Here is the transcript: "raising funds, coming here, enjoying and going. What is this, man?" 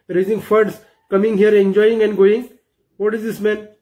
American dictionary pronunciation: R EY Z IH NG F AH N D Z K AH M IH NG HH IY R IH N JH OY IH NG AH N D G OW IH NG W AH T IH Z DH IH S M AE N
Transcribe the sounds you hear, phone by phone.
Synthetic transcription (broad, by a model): R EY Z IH NG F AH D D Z K AH M IH NG HH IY R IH N JH OY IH NG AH N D G OW IH NG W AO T IH Z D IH S M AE N